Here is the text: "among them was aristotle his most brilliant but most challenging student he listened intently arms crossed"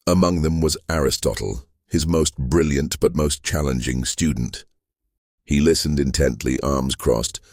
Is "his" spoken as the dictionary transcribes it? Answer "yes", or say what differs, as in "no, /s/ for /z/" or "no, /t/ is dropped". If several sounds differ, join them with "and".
yes